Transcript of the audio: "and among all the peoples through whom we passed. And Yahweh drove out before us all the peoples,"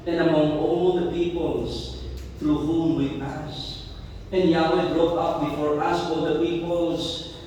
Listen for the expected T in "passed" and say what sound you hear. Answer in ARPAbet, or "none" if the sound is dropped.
none